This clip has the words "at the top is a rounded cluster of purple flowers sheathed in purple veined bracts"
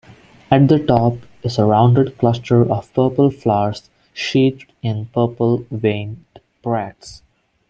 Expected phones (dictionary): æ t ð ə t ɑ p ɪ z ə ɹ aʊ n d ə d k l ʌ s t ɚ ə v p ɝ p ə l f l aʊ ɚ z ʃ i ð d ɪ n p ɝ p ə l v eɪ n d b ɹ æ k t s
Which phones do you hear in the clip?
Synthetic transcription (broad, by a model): æ t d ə t ɑ p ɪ s ə ɹ aʊ n d ə d k l ʌ s t ɚ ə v p ɝ p ə l f l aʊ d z ʃ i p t ɪ n p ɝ p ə l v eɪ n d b ɹ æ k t s